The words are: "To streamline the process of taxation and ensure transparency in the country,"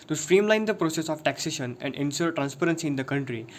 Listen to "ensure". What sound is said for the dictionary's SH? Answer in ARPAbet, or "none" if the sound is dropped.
S